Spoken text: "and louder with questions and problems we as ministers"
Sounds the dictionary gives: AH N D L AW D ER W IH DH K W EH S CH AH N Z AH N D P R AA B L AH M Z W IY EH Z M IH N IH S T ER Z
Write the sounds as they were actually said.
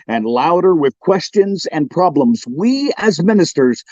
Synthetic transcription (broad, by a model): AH N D L AW D ER W IH DH K W EH S CH AH N Z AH N P R AA B L AH M Z W IY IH Z M IH N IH S T ER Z